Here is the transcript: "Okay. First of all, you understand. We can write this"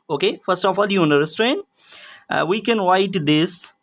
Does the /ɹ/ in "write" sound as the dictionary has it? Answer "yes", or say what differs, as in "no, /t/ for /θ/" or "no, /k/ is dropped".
no, /w/ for /ɹ/